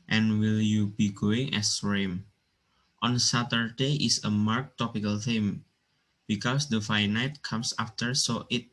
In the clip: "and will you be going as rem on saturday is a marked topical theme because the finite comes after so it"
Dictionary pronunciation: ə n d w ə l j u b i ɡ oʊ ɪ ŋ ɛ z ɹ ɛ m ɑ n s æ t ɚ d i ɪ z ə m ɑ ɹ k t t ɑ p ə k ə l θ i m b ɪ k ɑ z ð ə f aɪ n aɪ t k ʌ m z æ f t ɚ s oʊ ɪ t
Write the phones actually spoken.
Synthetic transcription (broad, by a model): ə n w ə l j u b i ɡ oʊ ɪ ŋ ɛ s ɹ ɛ m ɑ n s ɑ t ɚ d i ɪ s ə m ɑ ɹ k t t ɑ p ə k ə l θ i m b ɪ k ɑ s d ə f aɪ n aɪ t k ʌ m s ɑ f t ɚ s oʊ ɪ t